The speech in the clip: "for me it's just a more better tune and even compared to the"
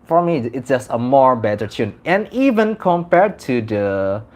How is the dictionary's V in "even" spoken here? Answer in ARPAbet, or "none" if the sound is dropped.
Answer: V